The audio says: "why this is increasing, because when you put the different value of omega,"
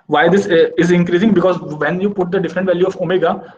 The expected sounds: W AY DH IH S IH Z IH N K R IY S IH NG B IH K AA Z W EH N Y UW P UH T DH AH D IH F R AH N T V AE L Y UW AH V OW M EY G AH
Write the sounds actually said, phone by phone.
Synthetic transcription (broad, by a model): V AY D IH S IH Z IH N K R IY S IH NG B IH K AA Z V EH N Y UW P UH T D AH D IH F R AH N T V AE L Y UW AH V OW M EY G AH